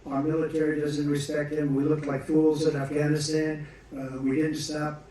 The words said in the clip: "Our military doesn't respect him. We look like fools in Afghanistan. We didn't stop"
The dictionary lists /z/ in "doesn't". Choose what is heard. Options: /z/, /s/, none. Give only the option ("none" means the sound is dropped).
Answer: /z/